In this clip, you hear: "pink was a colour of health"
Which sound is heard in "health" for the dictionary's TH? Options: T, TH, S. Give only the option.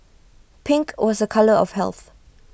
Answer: TH